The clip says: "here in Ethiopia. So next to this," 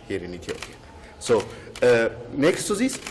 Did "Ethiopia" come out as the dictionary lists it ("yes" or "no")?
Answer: no